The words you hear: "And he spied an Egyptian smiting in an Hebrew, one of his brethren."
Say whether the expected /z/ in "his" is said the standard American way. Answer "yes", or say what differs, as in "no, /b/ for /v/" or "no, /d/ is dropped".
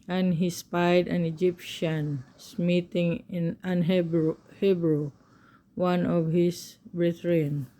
no, /s/ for /z/